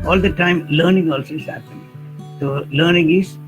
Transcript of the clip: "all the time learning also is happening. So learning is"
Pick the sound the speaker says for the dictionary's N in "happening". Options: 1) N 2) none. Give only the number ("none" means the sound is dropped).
2